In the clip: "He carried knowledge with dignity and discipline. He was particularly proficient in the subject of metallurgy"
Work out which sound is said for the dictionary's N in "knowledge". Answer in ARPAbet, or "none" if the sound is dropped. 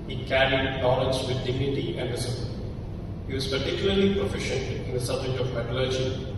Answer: L